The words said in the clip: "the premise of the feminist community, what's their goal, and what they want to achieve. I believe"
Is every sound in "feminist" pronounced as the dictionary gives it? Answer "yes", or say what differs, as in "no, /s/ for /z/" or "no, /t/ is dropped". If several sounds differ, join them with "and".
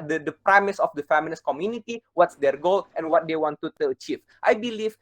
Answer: no, /l/ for /n/